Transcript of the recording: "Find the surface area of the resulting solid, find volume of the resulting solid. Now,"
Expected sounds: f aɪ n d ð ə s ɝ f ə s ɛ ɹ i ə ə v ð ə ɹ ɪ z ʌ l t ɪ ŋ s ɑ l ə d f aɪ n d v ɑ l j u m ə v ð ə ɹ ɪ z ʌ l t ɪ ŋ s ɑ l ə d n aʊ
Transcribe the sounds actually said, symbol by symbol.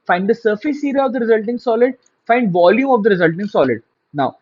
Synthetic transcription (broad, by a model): f aɪ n d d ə s ɝ f ə s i ɹ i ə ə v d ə ɹ ɪ z ʌ l t ɪ ŋ s ɑ l ə d f aɪ n d v ɑ l j u m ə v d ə ɹ ɪ z ʌ l t ɪ ŋ s ɑ l ə d n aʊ